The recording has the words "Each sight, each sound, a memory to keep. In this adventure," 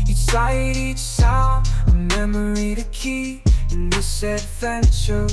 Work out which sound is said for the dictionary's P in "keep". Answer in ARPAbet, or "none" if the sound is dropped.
none